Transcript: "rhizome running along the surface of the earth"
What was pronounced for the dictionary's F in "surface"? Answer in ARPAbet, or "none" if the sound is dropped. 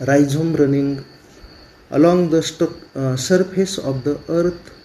P